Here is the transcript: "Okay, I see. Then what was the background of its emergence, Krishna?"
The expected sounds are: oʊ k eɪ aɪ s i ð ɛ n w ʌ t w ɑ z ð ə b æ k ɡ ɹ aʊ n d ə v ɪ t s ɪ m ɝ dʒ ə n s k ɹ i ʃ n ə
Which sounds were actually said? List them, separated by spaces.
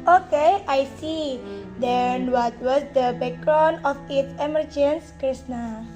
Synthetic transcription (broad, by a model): oʊ k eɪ aɪ s i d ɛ n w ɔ t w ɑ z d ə b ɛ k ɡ ɹ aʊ n ə f ɪ t s ɪ m ɝ dʒ ə n s k ɹ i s n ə